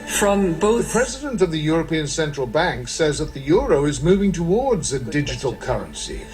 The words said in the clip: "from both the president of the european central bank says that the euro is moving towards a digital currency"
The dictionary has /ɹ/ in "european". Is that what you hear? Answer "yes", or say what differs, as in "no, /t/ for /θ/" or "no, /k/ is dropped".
yes